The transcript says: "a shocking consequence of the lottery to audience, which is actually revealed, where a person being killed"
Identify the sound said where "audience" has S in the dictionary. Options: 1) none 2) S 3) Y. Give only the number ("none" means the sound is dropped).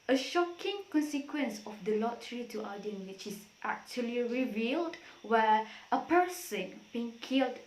1